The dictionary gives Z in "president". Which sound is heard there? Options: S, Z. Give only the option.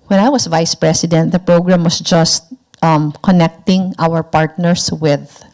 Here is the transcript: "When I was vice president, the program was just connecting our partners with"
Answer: S